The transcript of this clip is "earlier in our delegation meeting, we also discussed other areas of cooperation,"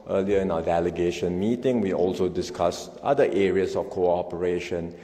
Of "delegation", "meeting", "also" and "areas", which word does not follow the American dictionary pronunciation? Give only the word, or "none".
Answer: areas